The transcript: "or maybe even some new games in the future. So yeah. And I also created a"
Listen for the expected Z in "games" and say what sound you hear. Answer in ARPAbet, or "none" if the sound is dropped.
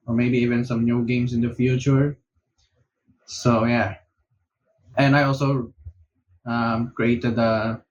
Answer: S